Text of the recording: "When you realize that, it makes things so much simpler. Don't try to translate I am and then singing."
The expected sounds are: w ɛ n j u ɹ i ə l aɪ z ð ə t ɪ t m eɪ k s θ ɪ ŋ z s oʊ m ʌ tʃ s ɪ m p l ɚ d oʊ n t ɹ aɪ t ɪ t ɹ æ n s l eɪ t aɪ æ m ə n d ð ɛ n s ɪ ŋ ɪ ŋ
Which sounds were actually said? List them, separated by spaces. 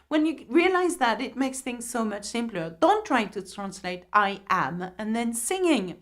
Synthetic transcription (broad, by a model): w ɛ n j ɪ ɹ i ə l aɪ z ð ə t ɪ t m eɪ k s θ ɪ ŋ z s oʊ m ʌ tʃ s ɪ m p l ɚ d oʊ n t ɹ aɪ t ɪ t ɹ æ n s l eɪ t aɪ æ m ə n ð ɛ n s ɪ ŋ ɪ ŋ